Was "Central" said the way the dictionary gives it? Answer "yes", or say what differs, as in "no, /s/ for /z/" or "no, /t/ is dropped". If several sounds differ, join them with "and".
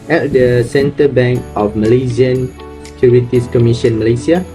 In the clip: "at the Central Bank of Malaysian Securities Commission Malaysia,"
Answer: no, /ɹ/ is dropped